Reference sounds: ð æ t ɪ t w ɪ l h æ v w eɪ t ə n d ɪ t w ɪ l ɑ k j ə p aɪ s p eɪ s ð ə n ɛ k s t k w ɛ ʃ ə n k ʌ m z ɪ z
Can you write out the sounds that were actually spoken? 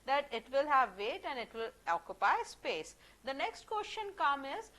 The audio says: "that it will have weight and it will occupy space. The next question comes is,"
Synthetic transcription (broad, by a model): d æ t ɪ t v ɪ l h æ v eɪ t ə n d ɪ t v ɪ l ɑ k j ə p aɪ s p eɪ s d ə n ɛ k s t k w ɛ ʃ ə n k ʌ m ɪ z